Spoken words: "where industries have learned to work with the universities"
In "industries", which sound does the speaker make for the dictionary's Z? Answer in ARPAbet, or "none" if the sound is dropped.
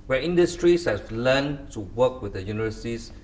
S